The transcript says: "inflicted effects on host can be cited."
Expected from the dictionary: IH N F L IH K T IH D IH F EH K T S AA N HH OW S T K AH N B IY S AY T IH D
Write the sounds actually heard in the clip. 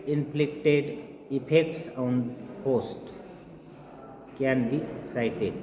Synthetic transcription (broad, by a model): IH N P L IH K T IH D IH P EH K T S AA N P OW S T K AH N B IY S AY T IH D